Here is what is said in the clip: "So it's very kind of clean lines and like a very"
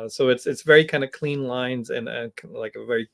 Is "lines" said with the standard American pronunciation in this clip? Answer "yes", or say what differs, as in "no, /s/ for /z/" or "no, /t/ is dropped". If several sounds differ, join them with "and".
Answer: yes